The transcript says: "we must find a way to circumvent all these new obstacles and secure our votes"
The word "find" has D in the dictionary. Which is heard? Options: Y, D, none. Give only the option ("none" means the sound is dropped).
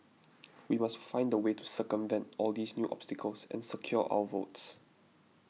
D